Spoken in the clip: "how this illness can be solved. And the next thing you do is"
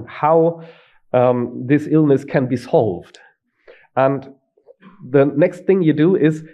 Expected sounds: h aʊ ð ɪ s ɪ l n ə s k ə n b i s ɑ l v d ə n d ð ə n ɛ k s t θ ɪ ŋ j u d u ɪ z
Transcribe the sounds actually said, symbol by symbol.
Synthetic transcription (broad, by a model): h aʊ ð ɪ s ɪ l n ə s k ə n b i s ɑ l v d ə n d ð ə n ɛ k s t θ ɪ ŋ j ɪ d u ɪ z